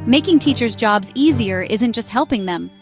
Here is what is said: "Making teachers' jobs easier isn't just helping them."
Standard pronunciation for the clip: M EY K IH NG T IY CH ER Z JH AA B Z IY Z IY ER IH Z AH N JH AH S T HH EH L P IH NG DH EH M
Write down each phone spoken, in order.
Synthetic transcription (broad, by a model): M EY K IH NG T IY CH ER Z JH AA B Z IY Z IY ER IH Z AH N JH AH S T HH EH L P IH NG DH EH M